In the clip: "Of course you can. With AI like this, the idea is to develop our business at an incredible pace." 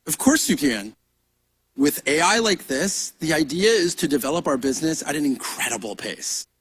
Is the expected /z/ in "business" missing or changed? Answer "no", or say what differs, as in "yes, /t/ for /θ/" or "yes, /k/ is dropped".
no